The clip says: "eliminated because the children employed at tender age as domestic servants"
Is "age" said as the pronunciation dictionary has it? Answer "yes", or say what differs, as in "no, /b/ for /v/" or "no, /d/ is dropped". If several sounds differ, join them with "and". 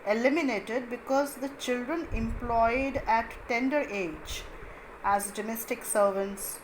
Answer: yes